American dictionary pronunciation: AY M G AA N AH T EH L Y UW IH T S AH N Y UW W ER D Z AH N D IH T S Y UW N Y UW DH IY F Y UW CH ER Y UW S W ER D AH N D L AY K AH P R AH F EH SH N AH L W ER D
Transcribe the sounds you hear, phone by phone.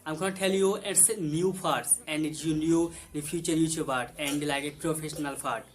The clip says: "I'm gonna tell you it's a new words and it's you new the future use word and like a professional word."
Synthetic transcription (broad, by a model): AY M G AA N T EH L Y UW IH T S N Y UW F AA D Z AH N D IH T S Y UW N Y UW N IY F Y UW CH ER Y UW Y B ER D AH N D L AY K AH P R AH F EH SH N AH L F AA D